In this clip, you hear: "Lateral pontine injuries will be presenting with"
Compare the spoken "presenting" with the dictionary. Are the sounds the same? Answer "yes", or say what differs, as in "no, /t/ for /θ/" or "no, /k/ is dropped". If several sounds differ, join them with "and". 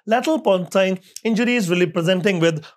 yes